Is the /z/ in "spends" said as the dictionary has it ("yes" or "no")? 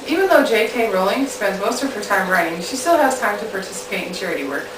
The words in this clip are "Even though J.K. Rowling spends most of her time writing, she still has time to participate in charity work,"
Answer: yes